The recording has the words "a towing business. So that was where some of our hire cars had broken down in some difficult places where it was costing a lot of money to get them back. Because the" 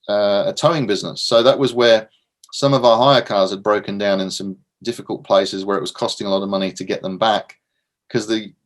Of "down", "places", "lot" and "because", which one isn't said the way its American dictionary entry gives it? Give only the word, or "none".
none